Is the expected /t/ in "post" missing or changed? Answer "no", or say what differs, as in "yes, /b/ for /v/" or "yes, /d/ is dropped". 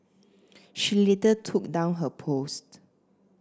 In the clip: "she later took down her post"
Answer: no